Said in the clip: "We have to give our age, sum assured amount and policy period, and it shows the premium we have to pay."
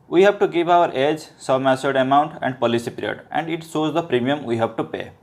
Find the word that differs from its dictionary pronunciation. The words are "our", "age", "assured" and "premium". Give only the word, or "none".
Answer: assured